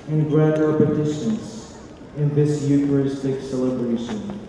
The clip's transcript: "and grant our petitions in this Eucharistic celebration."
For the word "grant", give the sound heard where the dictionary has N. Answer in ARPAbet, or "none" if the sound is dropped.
none